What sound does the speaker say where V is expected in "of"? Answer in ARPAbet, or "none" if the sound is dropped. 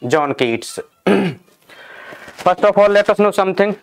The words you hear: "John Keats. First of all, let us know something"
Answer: P